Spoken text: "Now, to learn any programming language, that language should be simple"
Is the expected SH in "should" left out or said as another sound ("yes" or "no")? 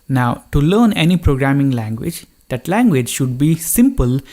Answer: no